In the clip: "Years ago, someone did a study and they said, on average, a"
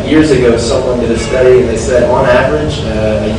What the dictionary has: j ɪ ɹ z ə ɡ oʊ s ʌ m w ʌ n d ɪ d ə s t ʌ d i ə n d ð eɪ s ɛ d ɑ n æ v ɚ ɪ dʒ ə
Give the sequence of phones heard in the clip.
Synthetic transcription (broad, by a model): j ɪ ɹ z ə ɡ oʊ s ʌ m w ʌ n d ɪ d ə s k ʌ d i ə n ð eɪ s ɛ d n æ v ɚ ɪ dʒ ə